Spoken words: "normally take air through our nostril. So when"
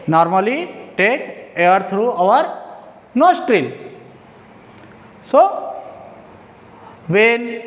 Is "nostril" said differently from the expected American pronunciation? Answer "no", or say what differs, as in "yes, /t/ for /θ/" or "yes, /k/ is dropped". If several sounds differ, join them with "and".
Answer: no